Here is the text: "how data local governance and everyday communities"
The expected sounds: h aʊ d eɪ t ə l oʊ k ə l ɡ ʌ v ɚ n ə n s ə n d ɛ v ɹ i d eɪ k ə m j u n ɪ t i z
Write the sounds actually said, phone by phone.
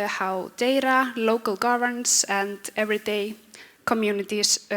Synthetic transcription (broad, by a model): h aʊ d eɪ t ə l oʊ k ə l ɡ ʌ v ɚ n n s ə n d ɛ v ɹ i d eɪ k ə m j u n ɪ t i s